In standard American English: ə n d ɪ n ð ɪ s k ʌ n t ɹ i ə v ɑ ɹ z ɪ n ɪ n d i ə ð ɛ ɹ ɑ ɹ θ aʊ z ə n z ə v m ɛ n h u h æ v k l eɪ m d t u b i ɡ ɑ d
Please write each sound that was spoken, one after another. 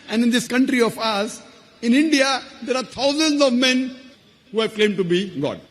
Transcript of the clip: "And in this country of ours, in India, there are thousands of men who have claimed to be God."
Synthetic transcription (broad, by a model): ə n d ɪ n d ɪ s k ʌ n t ɹ i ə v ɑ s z ɪ n ɪ n d i ə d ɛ ɹ ɑ ɹ t aʊ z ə n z ə v m ɛ n h u h æ v k l eɪ m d t u b i ɡ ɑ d